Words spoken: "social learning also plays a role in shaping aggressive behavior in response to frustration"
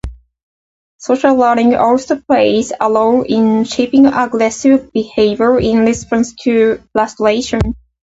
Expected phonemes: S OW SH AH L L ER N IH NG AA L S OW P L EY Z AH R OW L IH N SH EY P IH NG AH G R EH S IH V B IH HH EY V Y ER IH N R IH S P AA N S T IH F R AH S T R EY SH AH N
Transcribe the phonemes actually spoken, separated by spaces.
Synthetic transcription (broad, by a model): S OW SH AH L L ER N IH NG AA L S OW P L EY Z AH L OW IH N SH EY P IH NG AH G R EH S IH V B IH HH EY V Y ER IH N L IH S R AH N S T IH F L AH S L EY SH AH N